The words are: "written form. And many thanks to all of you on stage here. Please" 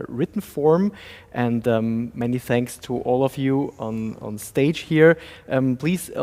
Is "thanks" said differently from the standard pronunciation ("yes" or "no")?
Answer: no